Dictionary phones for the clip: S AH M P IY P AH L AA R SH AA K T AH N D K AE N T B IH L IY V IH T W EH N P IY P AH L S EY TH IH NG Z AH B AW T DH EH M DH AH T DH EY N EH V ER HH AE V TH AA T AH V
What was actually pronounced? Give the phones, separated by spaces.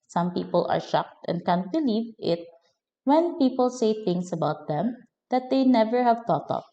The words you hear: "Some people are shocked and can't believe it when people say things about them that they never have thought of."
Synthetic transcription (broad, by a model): S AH M P IY P AH L AA R SH AA K T AH N D K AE N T B IH L IY V IH T W EH N P IY P AH L S EY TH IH NG S AH B AW T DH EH M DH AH T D EY N EH V ER HH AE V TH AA T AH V